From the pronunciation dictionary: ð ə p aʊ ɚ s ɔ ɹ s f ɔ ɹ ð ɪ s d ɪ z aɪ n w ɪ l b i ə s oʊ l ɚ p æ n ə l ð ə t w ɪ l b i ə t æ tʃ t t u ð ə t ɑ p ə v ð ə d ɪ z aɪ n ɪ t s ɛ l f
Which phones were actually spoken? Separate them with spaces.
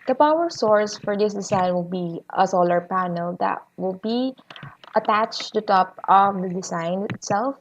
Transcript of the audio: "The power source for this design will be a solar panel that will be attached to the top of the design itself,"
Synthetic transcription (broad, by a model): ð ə p aʊ ɚ s ɔ ɹ s f ɔ ɹ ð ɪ s d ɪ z aɪ n w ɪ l b i ə s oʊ l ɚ p æ n ə l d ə t w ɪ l b i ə t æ tʃ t t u t ɑ p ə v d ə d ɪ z aɪ n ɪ t s ɛ l f